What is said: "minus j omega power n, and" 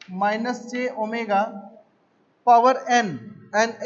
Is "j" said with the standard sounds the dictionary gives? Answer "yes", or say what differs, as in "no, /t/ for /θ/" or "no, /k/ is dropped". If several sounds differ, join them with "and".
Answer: no, /tʃ/ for /dʒ/